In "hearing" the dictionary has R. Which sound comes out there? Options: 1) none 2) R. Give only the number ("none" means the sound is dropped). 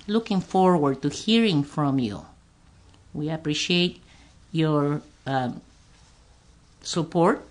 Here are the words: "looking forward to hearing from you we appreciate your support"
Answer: 2